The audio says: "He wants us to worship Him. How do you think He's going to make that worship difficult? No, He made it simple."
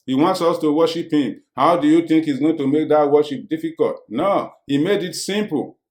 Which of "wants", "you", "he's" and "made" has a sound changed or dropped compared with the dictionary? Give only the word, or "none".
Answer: none